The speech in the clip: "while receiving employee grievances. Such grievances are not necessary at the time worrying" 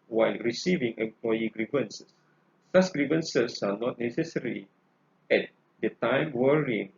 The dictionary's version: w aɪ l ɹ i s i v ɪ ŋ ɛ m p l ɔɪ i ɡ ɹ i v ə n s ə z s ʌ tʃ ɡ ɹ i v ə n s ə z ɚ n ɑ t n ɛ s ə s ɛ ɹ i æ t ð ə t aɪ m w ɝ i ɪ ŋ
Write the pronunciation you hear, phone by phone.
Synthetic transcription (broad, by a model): w aɪ l ɹ i s i v ɪ ŋ ɛ m p l ɔɪ i ɡ ɹ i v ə n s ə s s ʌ s ɡ ɹ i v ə n s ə s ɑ n ɑ t n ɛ s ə s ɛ ɹ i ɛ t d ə t aɪ m w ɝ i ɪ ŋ